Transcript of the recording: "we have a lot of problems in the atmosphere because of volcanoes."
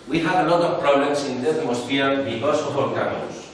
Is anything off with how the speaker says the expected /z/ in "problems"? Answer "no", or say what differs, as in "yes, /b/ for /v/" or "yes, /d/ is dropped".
yes, /s/ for /z/